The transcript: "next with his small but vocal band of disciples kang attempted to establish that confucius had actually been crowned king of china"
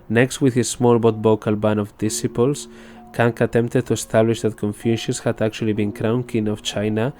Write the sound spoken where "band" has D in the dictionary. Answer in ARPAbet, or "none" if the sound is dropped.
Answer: none